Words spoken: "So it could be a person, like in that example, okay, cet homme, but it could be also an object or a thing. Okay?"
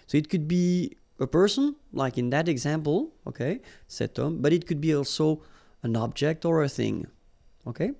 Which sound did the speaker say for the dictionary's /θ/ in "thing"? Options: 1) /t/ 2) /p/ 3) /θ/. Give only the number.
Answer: 3